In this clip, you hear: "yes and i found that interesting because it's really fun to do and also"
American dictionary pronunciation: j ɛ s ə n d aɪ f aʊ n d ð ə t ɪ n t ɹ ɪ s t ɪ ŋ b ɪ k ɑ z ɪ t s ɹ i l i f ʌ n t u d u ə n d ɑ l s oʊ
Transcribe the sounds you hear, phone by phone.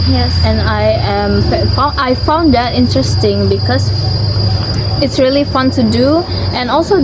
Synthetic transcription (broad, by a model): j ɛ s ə n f aɪ f aʊ n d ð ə t ɪ n t ɹ ɪ s t ɪ ŋ b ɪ k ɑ s ɪ t s ɹ i l i f ʌ n t u d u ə n ɑ l s oʊ